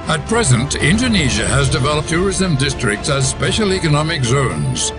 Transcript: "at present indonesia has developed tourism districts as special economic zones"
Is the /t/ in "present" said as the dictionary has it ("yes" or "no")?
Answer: yes